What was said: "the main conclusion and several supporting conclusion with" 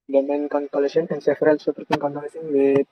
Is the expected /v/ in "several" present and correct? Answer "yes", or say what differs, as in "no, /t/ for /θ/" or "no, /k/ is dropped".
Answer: no, /f/ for /v/